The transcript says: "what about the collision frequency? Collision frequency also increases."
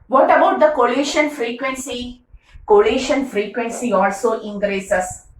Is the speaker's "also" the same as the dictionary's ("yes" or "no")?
yes